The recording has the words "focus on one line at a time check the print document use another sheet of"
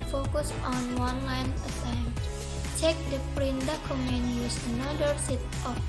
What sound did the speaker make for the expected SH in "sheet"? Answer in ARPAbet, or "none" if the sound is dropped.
S